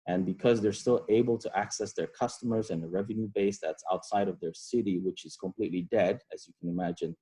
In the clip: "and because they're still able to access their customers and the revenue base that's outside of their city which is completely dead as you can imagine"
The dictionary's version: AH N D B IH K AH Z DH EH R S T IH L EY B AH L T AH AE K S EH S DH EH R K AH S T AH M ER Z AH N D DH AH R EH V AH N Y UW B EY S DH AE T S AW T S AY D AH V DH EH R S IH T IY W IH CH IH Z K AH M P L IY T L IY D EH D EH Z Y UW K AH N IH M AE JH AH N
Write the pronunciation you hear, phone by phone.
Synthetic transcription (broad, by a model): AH N B IH K AH Z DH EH R S T IH L EY B AH L T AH AE K S EH S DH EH R K AH S T AH M ER Z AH N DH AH R EH V AH N Y UW B EY S DH AE T S AW T S AY D AH V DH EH R S IH T IY W IH CH IH Z K AH M P L IY T L IY D EH D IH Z Y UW K AH N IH M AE JH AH N